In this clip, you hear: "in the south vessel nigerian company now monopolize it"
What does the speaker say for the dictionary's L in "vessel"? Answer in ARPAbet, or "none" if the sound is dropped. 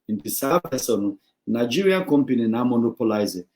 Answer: N